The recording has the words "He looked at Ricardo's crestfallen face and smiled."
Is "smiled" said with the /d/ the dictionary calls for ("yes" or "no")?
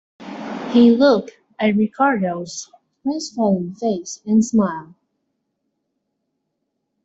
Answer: no